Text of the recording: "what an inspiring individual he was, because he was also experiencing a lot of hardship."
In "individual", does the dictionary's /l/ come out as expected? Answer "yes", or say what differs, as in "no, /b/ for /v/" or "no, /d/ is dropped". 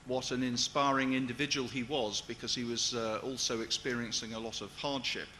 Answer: yes